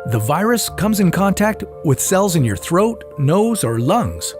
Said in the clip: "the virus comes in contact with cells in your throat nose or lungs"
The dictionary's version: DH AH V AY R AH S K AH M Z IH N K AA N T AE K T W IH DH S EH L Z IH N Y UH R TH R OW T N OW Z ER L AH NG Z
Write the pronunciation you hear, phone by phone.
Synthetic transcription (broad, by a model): DH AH V AY R AH S K AH M Z IH N K AA N T AE K T W IH DH S EH L Z IH N Y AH R TH R OW T N OW Z ER L AH NG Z